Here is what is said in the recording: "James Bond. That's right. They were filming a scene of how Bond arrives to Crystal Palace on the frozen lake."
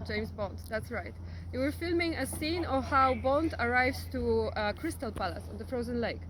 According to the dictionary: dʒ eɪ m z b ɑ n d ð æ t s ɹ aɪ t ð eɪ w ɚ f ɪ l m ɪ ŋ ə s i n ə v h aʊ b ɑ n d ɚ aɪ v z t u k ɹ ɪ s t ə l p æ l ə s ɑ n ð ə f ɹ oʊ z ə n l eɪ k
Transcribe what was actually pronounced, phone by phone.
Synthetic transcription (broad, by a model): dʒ eɪ m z b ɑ n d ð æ t s ɹ aɪ t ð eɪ w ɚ f ɪ l m ɪ ŋ ə s i n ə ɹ h aʊ b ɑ n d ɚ aɪ v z t u k ɹ ɪ s t ə l p æ l ə s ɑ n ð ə f ɹ oʊ z ə n l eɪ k